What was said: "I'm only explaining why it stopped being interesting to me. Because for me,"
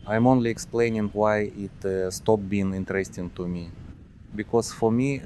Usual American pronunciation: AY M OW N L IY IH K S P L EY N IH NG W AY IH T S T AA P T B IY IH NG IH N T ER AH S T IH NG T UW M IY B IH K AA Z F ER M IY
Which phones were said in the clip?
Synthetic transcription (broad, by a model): AY M OW N L IY IH K S P L EY N IH NG W AY IH T S T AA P B IY IH NG IH N T ER AH S T IH NG T UW M IY B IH K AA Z F ER M IY